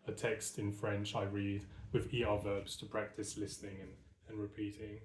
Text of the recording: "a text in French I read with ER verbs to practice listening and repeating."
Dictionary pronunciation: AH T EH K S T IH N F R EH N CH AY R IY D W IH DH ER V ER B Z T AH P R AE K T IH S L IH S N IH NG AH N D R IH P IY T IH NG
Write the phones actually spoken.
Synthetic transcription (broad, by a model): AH T EH K S T IH N F R EH N CH AY R IY D W IH DH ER V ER B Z T AH P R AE K T IH S L IH S N IH NG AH N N R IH P IY T IH NG